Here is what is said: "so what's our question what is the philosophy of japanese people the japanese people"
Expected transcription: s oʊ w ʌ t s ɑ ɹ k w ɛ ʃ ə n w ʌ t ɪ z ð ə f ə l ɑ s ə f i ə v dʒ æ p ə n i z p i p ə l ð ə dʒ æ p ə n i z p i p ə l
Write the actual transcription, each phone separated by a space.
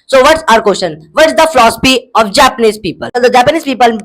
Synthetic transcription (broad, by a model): s oʊ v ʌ t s ɑ ɹ k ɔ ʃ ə n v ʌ t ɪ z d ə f l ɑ s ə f i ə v dʒ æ p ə n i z p i p ə l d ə dʒ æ p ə n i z p i p ə l